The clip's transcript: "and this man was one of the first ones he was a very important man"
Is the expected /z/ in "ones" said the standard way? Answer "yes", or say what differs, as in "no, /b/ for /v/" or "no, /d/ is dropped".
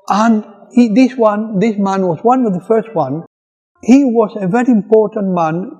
no, /z/ is dropped